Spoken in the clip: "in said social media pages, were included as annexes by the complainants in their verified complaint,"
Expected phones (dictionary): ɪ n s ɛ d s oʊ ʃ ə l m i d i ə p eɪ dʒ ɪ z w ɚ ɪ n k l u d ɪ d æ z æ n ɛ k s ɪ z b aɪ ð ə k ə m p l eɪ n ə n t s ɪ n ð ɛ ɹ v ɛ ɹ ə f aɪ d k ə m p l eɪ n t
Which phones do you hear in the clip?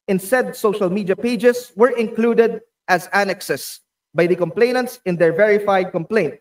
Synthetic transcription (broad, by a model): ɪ n s ɛ d s oʊ ʃ ə l m i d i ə p eɪ dʒ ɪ s w ɚ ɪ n k l u d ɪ d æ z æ n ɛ k s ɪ s b aɪ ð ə k ə m p l eɪ n ə n t s ɪ n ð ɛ ɹ v ɛ ɹ ə f aɪ d k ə m p l eɪ n t